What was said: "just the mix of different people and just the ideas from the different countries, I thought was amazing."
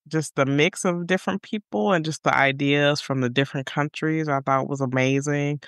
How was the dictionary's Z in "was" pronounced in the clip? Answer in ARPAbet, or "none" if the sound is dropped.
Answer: Z